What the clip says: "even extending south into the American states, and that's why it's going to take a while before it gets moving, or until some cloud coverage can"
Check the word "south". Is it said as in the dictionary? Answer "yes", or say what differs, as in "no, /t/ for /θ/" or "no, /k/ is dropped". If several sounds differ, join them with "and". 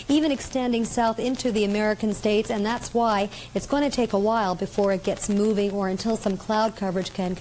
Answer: yes